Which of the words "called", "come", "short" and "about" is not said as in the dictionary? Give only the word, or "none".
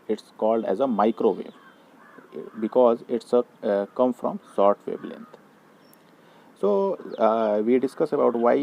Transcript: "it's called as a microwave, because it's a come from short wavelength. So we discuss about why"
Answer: short